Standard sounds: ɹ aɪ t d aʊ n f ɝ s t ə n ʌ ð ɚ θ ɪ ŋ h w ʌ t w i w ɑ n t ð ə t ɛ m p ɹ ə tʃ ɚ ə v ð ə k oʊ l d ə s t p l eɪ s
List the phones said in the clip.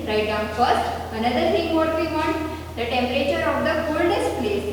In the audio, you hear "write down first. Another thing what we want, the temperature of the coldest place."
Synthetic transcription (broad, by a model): ɹ aɪ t d aʊ n f ɝ s t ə n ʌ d ɚ t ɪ ŋ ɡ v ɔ t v i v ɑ n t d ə t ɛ m p ɹ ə tʃ ɚ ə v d ə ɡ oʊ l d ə s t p l eɪ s